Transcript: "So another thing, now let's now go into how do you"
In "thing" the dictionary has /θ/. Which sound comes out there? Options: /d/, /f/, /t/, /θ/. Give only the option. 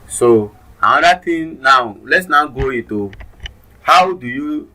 /t/